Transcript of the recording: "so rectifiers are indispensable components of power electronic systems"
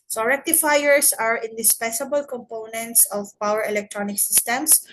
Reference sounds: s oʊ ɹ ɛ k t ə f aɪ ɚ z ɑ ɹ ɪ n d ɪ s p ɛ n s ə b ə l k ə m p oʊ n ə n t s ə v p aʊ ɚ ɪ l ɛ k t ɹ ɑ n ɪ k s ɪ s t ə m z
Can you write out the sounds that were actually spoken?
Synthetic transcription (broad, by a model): s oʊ ɹ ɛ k t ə f aɪ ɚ s ɑ ɹ ɪ n d ɪ s p ɛ n s ə b ə l k ə m p oʊ n ə n t s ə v p aʊ ɚ ɪ l ɛ k t ɹ ɑ n ɪ k s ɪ s t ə m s